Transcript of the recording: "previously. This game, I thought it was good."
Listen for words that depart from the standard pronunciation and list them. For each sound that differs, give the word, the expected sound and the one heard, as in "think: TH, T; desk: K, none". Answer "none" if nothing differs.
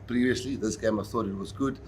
none